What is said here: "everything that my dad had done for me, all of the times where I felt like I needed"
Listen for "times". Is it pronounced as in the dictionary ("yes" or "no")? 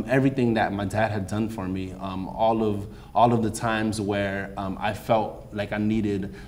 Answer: yes